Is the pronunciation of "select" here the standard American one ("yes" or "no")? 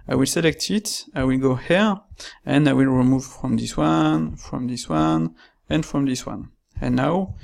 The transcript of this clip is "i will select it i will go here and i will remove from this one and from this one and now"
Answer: yes